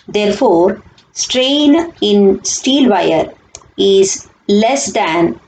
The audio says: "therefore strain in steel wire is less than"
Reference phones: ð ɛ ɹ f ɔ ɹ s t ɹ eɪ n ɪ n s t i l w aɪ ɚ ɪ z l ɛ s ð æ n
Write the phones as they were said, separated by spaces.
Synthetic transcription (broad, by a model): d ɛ ɹ f ɔ ɹ s t ɹ eɪ n ɪ n s t i l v aɪ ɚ ɪ z l ɛ s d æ n